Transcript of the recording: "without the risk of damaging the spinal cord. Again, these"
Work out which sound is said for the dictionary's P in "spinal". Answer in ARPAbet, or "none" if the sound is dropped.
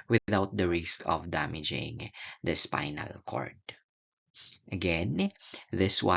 P